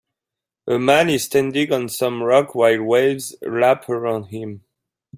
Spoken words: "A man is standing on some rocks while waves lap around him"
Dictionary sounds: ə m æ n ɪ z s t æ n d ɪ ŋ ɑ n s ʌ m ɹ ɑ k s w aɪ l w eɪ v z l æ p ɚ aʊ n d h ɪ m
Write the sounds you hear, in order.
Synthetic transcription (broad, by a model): ə m æ n ɪ z s t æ n d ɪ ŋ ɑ n s ʌ m ɹ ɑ k w aɪ l w eɪ v z l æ p ɚ aʊ n d h ɪ m